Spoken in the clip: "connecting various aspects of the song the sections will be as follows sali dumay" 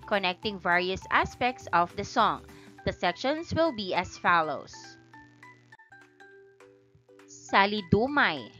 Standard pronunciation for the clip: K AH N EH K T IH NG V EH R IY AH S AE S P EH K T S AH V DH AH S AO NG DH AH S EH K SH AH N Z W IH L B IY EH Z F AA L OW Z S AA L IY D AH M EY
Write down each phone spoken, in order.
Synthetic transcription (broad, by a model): K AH N EH K T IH NG V EH R IY AH S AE S P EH K T S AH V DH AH S AO NG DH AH S EH K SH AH N S W IH L B IY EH S F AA L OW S S AA L IY D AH M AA